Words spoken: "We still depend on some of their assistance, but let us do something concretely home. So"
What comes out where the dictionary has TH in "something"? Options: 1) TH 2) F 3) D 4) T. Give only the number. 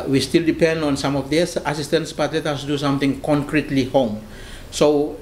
4